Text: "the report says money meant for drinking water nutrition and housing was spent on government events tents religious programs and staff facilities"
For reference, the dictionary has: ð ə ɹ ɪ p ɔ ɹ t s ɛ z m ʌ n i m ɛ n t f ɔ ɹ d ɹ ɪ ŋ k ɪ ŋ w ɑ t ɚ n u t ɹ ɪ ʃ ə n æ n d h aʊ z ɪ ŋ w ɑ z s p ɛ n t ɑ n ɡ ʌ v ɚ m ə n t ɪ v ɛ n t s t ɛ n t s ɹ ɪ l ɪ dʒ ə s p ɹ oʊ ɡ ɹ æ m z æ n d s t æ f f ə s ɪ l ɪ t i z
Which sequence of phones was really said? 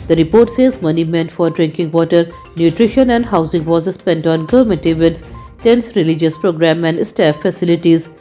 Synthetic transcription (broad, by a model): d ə ɹ ɪ p ɔ ɹ t s ɛ z m ʌ n i m ɛ n t f ɔ ɹ d ɹ ɪ ŋ k ɪ ŋ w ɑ t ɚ n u t ɹ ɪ ʃ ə n æ n d h aʊ z ɪ ŋ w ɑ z s p ɛ n t ɑ n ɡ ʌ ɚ m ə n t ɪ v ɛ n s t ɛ n s ɹ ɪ l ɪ dʒ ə s p ɹ oʊ ɡ ɹ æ m æ n d s t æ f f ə s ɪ l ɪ t i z